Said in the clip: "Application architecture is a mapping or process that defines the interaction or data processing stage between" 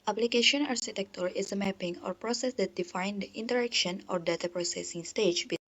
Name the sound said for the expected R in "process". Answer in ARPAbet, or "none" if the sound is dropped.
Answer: R